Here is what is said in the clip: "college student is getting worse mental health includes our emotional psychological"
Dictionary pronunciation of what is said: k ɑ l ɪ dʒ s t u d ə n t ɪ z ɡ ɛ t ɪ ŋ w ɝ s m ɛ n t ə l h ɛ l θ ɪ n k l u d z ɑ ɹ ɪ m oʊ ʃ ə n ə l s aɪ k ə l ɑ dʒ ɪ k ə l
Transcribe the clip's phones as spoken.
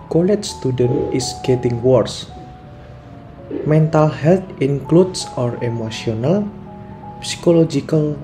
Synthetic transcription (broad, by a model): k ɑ l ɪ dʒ s t u d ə n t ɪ s ɡ ɛ t ɪ ŋ w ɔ s m ɛ n t ə l h ɛ l t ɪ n k l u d s ɑ ɹ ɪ m oʊ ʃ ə n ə l s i k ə l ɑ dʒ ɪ k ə l